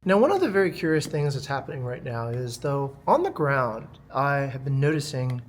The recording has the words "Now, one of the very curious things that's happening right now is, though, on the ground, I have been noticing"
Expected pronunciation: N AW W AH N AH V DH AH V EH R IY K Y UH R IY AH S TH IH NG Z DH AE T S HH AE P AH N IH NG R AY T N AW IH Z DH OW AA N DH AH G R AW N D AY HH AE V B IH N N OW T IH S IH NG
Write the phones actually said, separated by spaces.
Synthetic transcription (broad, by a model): N AW W AH N AH V DH AH V EH R IY K Y UH R IY AH S TH IH NG Z DH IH T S HH AE P AH N IH NG R AY T N AW IH Z DH OW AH N DH AH G R AW N D AY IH V B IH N N OW T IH S IH NG